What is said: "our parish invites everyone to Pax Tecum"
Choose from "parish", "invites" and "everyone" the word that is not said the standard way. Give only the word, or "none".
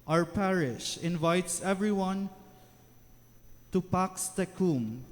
none